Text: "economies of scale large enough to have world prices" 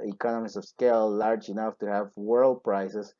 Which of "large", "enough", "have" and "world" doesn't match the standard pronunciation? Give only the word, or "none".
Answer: none